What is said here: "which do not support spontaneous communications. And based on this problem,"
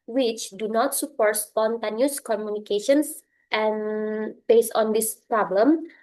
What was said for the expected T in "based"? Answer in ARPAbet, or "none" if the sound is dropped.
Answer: none